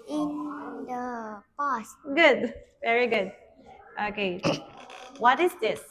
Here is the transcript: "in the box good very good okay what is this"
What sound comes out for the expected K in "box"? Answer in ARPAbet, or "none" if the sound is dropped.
none